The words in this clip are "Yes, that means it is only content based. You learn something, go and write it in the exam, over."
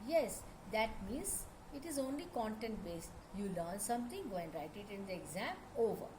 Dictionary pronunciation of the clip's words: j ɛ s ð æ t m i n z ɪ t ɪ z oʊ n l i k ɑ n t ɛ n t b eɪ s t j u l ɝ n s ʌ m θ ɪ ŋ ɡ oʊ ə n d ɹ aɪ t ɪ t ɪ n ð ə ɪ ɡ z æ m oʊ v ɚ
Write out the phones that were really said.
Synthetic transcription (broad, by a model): j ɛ s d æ t m i n z ɪ t ɪ z oʊ n l i k ɑ n t ɛ n t b eɪ s t j u l ɝ n s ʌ m t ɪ ŋ ɡ oʊ ə n d ɹ aɪ t ɪ t ɪ n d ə ɪ ɡ z æ m oʊ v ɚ